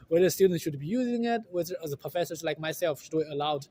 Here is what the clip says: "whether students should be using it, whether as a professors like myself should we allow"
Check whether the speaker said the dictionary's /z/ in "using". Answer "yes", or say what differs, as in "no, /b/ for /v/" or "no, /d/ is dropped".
yes